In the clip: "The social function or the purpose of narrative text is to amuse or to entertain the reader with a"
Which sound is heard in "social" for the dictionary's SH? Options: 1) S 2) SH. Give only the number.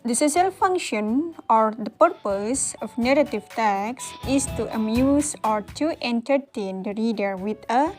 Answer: 1